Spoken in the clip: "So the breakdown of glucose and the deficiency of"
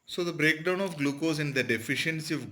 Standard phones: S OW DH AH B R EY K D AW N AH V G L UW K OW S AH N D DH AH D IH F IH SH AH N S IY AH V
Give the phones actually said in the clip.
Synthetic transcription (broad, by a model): S OW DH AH B R EY K D AW N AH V G L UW K OW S AH N D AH D IH F IH SH AH N S IY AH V